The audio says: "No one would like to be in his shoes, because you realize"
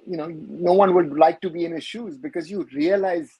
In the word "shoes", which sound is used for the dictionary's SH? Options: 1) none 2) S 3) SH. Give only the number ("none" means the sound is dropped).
3